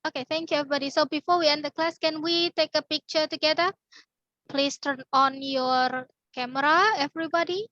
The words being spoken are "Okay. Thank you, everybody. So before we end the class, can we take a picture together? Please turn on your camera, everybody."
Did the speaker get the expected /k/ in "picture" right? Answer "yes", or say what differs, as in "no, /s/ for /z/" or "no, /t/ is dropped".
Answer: yes